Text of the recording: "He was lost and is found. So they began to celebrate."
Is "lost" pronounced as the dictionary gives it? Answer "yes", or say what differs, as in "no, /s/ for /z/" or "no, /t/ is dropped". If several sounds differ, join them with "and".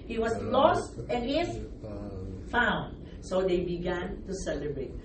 yes